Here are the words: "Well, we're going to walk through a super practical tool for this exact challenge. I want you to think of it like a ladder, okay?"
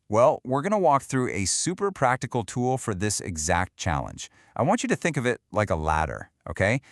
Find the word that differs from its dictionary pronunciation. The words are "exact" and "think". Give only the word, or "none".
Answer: none